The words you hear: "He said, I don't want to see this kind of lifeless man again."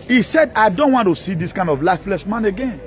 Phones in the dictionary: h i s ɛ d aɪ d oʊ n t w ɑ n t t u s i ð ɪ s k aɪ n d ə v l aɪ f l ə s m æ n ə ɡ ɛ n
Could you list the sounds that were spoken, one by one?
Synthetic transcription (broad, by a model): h i s ɛ d aɪ d oʊ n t w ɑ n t t u s i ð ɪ s k aɪ n d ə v l aɪ f l ə s m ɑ n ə ɡ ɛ n